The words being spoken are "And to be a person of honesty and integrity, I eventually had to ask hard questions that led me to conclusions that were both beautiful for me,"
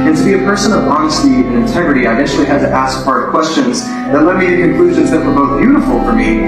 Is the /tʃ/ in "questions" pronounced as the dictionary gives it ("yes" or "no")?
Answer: yes